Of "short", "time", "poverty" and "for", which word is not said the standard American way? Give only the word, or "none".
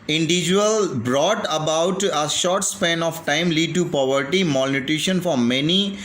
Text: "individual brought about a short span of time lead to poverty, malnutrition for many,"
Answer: none